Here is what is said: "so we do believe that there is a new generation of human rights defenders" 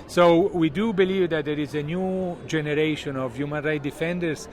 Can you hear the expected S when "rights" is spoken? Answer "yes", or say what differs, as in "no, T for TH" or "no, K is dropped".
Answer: no, S is dropped